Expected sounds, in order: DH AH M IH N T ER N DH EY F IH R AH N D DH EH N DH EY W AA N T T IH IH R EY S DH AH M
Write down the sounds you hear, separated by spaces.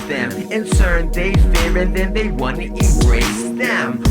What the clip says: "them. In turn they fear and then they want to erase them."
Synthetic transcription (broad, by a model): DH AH M IH N S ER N DH EY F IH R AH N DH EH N DH EY W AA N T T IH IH R EY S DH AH M